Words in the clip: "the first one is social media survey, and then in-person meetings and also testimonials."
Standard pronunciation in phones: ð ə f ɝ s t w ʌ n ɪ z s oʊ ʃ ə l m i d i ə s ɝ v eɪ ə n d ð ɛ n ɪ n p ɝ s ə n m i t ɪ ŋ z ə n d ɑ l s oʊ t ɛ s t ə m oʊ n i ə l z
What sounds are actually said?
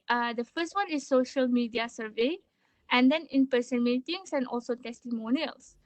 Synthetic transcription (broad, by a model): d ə f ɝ s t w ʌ n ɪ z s oʊ ʃ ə l m i d i ə s ɝ v eɪ ə n d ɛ n ɪ n p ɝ s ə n m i t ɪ ŋ s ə n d ɑ l s oʊ t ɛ s t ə m oʊ n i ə l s